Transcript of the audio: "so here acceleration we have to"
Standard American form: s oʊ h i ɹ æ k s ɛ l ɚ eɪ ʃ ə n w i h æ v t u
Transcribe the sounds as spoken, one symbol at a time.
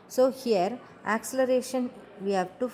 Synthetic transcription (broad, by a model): s oʊ h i ɹ æ k s ɛ l ɚ eɪ ʃ ə n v i h æ v t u